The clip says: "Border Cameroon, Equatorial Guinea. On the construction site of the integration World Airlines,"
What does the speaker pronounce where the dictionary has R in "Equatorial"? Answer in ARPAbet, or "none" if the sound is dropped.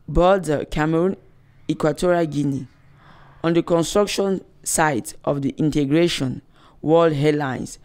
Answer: R